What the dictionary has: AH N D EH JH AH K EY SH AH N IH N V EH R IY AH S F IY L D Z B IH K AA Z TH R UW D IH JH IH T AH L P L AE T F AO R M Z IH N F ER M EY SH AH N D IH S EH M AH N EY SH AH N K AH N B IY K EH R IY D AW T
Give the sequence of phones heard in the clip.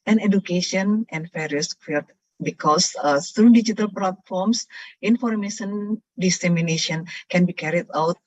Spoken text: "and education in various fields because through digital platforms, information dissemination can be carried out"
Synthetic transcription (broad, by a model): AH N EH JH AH K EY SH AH N IH N F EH R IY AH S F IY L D B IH K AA S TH R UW D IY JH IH T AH L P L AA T F AO R M S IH N F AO M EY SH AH N D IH S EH M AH N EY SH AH N K AH N B IY K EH R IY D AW T